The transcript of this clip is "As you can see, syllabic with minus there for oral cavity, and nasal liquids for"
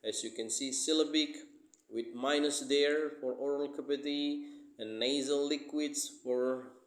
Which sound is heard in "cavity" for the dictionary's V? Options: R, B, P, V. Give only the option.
P